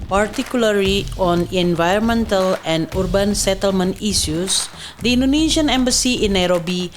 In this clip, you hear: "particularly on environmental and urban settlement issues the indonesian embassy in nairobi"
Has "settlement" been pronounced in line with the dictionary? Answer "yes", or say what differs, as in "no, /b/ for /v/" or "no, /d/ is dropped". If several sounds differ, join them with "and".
yes